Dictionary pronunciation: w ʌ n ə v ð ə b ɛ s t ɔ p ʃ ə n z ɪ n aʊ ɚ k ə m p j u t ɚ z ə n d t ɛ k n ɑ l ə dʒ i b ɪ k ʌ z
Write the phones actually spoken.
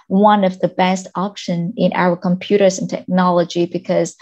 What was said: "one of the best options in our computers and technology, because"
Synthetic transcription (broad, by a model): w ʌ n ə v ð ə b ɛ s t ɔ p ʃ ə n ɪ n aʊ ɚ k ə m p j u t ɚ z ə n t ɛ k n ɑ l ə dʒ i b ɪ k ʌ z